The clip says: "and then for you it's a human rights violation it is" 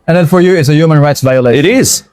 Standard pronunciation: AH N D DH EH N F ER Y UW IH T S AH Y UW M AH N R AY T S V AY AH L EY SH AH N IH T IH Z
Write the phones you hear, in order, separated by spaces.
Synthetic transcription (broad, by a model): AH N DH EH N F ER Y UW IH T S AH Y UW M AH N R AY T S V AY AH L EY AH IH T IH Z